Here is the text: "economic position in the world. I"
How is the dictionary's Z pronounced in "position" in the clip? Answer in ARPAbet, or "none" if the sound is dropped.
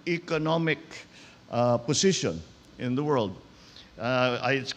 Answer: S